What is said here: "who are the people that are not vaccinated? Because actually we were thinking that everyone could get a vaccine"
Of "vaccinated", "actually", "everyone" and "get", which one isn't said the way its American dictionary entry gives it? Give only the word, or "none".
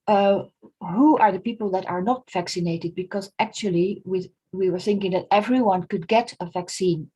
actually